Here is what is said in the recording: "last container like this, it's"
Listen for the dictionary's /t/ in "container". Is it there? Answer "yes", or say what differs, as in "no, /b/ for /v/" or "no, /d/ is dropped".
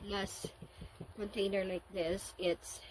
yes